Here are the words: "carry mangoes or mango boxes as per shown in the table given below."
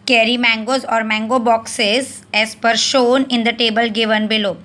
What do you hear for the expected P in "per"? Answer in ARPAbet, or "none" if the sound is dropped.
P